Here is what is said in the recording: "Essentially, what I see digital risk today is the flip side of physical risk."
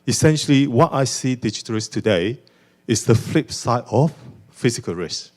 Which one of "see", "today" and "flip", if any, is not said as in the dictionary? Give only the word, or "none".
none